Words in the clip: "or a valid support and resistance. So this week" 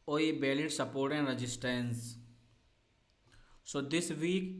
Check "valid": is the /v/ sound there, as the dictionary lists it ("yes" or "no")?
no